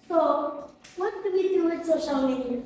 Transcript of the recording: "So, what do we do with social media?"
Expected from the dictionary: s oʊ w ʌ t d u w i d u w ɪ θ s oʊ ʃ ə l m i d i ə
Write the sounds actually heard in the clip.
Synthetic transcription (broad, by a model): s oʊ w ʌ t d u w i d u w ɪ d s oʊ ʃ ə l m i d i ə